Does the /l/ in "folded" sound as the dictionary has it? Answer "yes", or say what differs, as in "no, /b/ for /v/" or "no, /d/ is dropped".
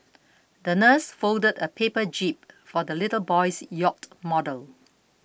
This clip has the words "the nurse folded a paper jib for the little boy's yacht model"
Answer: yes